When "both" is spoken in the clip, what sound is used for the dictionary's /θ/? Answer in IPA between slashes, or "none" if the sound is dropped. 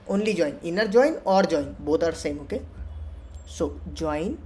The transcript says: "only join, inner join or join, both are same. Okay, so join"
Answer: /t/